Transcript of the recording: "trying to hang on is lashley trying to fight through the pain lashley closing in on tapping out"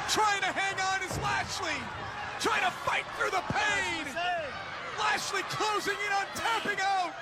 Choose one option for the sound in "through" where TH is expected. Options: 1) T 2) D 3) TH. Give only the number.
3